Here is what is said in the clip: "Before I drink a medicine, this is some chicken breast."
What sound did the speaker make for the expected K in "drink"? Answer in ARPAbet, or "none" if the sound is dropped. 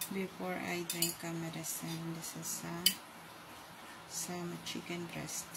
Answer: K